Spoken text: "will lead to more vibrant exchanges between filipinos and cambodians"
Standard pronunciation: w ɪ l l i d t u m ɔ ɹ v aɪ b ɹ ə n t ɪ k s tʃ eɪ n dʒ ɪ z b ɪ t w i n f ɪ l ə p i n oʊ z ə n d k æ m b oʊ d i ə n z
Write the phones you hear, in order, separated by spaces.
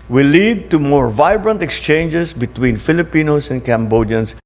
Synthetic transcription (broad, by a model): w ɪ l l i d t u m ɔ ɹ v aɪ b ɹ ə n t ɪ k s tʃ eɪ n dʒ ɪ s b ɪ t w i n f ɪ l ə p i n oʊ s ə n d k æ m b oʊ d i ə n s